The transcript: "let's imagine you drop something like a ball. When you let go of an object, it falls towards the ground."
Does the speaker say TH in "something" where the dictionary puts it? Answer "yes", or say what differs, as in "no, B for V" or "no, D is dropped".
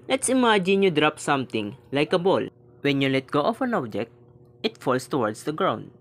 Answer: no, T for TH